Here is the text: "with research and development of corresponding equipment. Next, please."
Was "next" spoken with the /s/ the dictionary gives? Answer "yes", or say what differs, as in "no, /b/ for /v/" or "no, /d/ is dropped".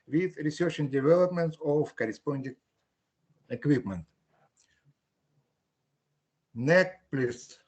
no, /s/ is dropped